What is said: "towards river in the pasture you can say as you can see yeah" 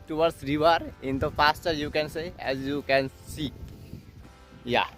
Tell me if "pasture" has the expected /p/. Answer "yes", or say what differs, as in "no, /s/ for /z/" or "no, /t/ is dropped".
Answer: no, /f/ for /p/